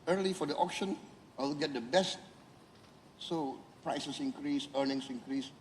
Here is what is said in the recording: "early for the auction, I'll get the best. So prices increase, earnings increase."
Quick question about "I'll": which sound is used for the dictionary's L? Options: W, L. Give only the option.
W